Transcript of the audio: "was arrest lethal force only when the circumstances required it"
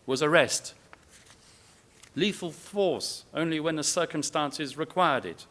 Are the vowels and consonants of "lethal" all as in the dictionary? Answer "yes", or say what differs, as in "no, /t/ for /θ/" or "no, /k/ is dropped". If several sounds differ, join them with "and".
no, /f/ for /θ/